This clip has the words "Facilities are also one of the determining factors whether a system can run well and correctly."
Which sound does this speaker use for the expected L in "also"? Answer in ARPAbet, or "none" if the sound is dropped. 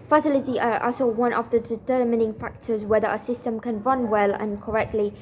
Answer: none